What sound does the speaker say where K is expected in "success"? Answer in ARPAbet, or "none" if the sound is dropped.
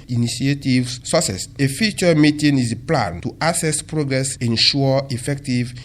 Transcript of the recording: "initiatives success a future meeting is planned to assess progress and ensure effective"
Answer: none